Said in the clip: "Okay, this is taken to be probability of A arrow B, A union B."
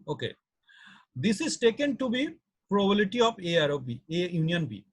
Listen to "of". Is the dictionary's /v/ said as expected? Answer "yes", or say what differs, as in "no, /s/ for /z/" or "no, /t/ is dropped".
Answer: no, /p/ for /v/